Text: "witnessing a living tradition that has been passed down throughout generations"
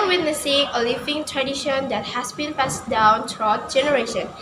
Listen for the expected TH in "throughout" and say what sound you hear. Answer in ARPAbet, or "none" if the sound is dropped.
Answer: T